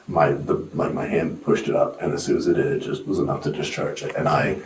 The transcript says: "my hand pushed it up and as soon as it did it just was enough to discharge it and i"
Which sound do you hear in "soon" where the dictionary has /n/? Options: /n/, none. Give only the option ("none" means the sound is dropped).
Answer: none